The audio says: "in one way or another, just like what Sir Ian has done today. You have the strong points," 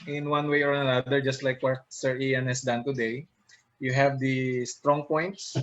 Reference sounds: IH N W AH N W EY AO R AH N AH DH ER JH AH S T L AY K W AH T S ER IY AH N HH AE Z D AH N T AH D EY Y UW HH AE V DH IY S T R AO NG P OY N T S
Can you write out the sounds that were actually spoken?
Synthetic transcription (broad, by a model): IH N W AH N W EY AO R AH N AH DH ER JH AH S T L AY K W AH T S ER IY AH N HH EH S D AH N T AH D EY Y UW HH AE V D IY S T R AO NG P OY N T S